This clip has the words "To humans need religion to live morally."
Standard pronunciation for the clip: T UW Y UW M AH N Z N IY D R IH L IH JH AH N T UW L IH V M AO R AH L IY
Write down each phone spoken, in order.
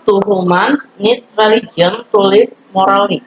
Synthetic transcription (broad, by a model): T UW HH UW M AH N S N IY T R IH L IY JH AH N T UW L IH F M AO R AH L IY